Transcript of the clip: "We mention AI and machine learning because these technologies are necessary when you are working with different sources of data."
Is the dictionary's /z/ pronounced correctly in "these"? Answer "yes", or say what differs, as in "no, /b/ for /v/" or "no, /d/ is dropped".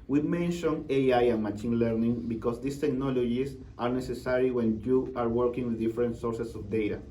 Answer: no, /s/ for /z/